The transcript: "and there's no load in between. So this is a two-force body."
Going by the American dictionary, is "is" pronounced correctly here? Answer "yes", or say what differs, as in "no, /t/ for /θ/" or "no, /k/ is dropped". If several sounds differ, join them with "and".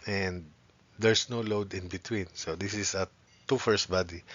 no, /s/ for /z/